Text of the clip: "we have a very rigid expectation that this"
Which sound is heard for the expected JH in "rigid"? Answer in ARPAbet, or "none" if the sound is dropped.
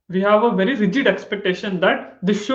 JH